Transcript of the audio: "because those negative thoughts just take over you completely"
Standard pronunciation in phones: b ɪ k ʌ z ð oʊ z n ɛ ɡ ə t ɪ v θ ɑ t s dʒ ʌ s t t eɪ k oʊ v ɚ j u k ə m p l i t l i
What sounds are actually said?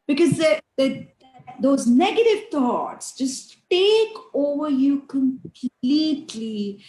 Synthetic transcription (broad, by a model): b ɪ k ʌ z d oʊ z n ɛ ɡ ə t ɪ v t ɑ t s dʒ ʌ s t t eɪ k oʊ v ɚ j u k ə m p l i t l i